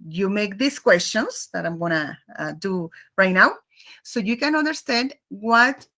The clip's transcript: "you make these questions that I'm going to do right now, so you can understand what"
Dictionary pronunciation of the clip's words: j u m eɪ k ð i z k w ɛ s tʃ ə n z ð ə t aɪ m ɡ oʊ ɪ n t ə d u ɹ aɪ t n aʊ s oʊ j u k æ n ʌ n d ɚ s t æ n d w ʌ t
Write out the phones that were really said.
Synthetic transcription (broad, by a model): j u m eɪ k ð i s k w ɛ s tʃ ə n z ð ə t aɪ m ɡ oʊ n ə d u ɹ aɪ t n aʊ s oʊ j u k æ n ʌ n d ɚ s t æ n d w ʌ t